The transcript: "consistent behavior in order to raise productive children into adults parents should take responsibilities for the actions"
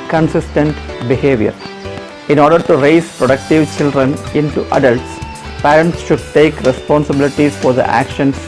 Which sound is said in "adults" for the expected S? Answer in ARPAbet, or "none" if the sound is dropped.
S